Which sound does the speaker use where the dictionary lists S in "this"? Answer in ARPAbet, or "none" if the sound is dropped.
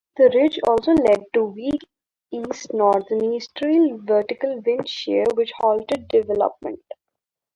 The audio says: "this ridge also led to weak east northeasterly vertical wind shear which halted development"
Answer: none